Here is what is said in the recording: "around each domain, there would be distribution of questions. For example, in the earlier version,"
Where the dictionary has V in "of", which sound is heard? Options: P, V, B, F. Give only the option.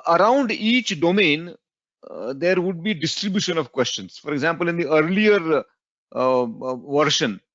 V